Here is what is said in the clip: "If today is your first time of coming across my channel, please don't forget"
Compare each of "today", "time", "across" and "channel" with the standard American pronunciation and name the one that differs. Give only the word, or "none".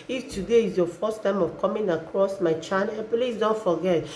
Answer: channel